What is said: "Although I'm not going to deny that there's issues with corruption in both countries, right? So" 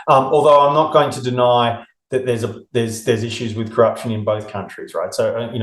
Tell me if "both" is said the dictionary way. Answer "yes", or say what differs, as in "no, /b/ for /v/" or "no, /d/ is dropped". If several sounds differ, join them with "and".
yes